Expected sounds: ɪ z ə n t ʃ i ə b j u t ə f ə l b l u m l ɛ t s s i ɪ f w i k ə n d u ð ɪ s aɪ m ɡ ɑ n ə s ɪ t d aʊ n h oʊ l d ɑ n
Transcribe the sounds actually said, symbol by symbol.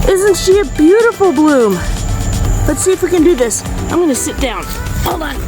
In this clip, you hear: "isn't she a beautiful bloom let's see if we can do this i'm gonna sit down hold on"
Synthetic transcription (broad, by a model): ɪ z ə n t ʃ i ə b j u t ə f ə l b l u m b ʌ t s s i ɪ f w i k ə n d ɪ ð ɪ s aɪ m ɡ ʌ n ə s ɪ t d aʊ n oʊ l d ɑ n